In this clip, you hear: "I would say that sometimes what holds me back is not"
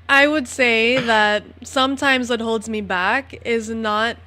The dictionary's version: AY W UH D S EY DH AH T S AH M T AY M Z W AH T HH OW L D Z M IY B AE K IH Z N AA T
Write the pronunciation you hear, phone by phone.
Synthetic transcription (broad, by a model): AY W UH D S EY DH AH T S AH M T AY M Z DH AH T HH OW L D Z M IY B AE K IH Z N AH T